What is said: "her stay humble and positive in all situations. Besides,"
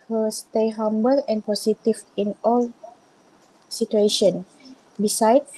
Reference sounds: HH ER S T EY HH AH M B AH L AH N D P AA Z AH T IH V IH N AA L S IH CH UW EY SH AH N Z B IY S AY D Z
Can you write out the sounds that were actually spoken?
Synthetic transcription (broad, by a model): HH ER S T EY HH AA M B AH L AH N P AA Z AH T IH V IH N AA L S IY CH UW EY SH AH N B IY S AY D